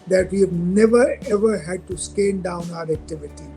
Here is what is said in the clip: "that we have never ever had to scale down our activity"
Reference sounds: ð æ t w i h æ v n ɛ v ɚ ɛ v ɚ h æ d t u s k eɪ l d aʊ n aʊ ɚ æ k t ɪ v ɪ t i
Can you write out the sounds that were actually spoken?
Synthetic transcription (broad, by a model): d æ t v i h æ v n ɛ v ɚ ɛ v ɚ h æ d t u s k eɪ n d aʊ n aʊ ɚ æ k t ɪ v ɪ t i